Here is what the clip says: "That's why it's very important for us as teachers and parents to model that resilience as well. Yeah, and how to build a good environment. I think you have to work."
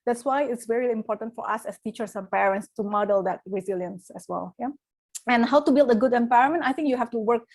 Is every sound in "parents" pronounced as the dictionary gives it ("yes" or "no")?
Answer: yes